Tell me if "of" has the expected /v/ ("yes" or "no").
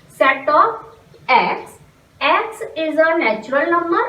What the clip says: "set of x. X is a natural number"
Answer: no